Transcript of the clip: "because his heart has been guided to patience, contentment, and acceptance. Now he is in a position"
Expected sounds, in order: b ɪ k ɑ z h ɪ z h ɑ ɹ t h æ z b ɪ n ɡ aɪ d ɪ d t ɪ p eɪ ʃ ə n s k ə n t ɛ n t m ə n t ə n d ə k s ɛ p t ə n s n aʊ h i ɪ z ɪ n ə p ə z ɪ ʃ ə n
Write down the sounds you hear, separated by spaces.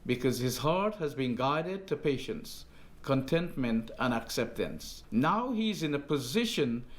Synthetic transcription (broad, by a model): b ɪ k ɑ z h ɪ z h ɑ ɹ t h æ z b ɪ n ɡ aɪ d ɪ d t ɪ p eɪ ʃ ə n s k ə n t ɛ n t m ə n t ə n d ə k s ɛ p t ə n s n aʊ h i ɪ z ɪ n ə p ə z ɪ ʃ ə n